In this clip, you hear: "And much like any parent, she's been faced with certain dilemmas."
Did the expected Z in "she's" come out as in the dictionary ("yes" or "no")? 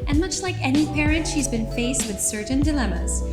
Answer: yes